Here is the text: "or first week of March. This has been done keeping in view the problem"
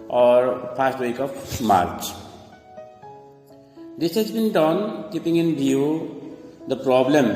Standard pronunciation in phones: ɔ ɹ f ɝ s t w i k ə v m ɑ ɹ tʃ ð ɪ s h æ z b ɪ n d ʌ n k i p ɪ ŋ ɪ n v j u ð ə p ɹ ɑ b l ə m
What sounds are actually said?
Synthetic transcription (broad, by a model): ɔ ɹ p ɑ s t w i k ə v m ɑ ɹ tʃ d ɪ s h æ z b ɪ n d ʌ n k i p ɪ ŋ ɪ n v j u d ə p ɹ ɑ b l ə m